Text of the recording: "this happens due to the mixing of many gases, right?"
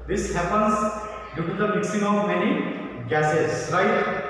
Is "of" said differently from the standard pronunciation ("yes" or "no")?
yes